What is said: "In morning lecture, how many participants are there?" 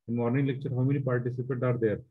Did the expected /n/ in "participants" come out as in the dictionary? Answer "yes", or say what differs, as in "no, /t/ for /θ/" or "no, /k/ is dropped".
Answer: no, /n/ is dropped